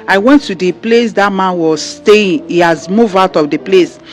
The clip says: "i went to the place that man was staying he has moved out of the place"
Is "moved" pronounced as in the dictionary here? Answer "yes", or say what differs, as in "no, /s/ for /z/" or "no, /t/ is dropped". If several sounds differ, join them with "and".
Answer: no, /d/ is dropped